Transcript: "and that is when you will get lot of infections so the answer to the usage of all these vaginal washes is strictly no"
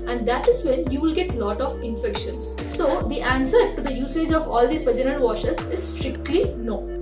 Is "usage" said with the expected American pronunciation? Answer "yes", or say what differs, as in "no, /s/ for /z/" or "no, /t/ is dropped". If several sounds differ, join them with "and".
yes